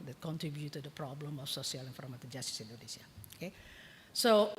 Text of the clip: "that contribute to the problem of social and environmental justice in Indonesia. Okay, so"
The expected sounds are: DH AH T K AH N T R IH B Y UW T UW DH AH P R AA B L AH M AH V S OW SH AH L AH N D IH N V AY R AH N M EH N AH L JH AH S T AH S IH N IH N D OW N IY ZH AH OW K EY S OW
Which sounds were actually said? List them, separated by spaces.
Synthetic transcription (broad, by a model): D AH T K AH N T R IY B Y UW T UW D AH P R AA B L AH M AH F S OW S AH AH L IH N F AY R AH M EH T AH JH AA S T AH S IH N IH N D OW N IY S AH OW K EY S OW